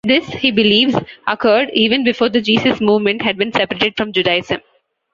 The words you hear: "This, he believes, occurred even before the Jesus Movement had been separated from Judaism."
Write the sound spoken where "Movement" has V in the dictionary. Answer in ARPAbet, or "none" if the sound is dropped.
V